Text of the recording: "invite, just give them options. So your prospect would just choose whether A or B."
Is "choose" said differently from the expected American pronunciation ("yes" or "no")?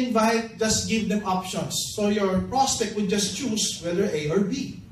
yes